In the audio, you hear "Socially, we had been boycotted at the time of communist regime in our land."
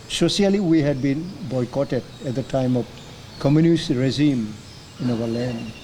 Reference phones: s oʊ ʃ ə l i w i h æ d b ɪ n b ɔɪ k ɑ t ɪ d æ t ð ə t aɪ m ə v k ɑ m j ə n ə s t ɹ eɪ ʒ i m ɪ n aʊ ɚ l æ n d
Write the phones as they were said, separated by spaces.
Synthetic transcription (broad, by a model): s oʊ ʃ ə l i w i h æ d b ɪ n b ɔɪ k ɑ t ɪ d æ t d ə t aɪ m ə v k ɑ m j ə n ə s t ɹ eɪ z i m ɪ n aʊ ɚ l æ n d